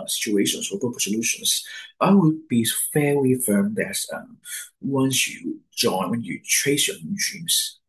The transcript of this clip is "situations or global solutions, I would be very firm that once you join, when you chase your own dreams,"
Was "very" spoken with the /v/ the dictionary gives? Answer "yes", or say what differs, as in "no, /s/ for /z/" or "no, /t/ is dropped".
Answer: no, /f/ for /v/